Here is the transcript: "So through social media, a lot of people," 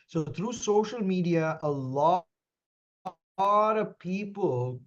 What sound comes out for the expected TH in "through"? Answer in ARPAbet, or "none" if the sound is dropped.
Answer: T